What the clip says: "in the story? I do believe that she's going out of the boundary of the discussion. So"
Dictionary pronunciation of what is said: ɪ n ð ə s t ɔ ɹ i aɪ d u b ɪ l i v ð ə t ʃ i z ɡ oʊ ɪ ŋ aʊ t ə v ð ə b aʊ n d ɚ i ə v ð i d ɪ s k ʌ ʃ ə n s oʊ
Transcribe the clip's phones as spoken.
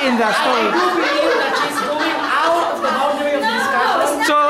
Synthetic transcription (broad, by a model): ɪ n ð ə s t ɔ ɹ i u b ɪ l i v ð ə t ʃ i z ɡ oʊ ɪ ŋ aʊ t ə v ð ə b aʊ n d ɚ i ə v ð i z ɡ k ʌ ə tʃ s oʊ